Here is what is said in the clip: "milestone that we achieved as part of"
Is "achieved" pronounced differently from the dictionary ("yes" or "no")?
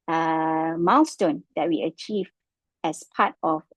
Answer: yes